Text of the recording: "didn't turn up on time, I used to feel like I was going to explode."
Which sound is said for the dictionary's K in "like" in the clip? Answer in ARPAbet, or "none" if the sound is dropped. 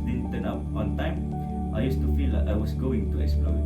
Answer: none